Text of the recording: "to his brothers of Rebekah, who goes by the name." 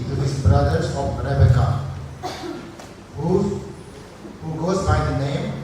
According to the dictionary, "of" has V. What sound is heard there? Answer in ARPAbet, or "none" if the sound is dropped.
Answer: P